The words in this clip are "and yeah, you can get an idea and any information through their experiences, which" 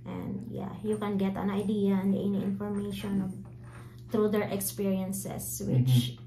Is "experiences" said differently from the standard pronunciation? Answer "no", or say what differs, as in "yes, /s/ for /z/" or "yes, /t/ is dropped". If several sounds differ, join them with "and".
yes, /s/ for /z/